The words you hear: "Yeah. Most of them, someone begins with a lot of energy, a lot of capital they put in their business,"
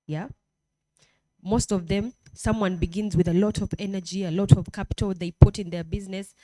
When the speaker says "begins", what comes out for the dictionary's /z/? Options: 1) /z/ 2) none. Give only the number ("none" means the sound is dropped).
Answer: 1